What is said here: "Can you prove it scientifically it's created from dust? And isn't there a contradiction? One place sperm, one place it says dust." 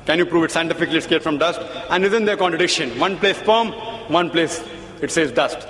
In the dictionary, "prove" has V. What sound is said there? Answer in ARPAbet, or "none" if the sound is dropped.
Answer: V